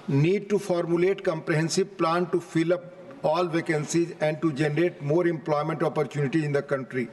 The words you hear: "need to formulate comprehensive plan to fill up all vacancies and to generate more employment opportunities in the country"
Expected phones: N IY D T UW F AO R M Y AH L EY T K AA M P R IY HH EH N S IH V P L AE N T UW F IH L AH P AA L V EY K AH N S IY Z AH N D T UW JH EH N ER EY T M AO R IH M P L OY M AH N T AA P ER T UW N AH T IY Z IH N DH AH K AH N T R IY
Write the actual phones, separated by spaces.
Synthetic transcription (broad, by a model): N IY D T UW F AO R M Y AH L EY T K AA M P R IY HH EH N S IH B P L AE N T UW F IH L AH P AA L V EY K AH N S IY Z AH N D T UW JH EH N ER EY T M AO R IH M P L OY M AH N T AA P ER T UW N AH T IY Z IH N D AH K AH N T R IY